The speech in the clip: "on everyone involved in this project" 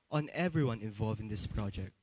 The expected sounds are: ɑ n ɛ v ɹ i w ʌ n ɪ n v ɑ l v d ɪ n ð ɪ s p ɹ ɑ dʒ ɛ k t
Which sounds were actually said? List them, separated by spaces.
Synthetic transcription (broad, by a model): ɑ n ɛ v ɹ i w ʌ n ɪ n v ɑ l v ɪ n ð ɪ s p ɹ ɑ dʒ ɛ k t